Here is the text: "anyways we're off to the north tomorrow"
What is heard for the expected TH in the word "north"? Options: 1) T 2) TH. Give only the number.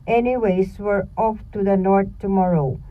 1